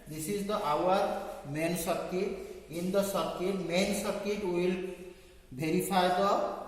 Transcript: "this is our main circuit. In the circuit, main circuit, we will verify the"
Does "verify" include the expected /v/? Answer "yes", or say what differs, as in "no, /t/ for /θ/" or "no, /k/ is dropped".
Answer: no, /b/ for /v/